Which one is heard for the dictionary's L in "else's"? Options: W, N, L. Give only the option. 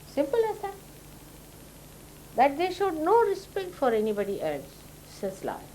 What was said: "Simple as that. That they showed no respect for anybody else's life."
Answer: N